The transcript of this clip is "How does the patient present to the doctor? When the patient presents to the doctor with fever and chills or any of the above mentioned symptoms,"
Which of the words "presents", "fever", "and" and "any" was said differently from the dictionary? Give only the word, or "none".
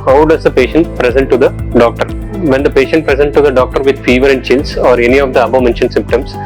presents